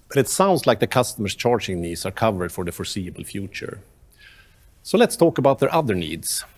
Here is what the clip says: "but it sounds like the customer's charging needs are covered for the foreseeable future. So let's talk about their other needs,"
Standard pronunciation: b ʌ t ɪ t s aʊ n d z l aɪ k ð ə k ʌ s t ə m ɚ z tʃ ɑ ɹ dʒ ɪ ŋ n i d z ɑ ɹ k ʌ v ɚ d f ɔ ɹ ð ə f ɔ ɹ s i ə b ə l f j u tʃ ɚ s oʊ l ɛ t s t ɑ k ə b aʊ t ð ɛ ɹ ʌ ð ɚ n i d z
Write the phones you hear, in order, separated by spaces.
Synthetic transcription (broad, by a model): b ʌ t ɪ t s aʊ n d s l aɪ k ð ə k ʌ s t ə m ɚ s tʃ ɑ ɹ dʒ ɪ ŋ n i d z ɑ ɹ k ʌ v ɚ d f ɔ ɹ ð ə f ɔ ɹ s i ə b ə l f j u tʃ ɚ s oʊ l ɛ t s t ɑ k ə b aʊ t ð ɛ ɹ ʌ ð ɚ n i d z